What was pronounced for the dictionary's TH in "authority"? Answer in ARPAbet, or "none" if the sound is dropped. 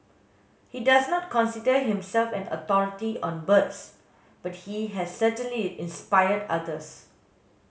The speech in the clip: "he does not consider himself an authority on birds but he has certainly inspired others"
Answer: T